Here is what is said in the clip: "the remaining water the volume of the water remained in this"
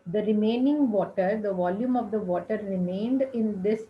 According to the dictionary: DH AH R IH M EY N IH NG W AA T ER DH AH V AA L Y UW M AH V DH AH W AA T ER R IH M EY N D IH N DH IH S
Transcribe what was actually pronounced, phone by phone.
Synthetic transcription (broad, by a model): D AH R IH M EY N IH NG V AA T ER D AH V AA L Y UW M AH V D AH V AA T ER R IH M EY N D IH N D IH S